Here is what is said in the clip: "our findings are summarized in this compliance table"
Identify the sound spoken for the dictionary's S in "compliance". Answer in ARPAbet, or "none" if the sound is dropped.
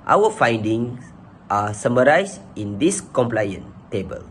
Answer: none